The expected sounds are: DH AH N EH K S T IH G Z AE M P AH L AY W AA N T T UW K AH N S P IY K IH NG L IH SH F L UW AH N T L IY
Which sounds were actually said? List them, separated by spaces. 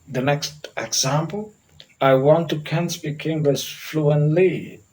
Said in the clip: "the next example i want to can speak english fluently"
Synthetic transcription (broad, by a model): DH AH N EH K S T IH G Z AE M P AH L AY W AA N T T UW K AH N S B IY K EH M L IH S F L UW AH N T L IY